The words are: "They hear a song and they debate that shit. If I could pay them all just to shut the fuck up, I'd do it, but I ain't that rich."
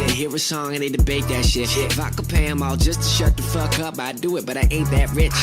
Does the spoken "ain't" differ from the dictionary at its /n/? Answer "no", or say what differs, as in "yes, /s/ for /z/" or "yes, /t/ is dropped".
yes, /n/ is dropped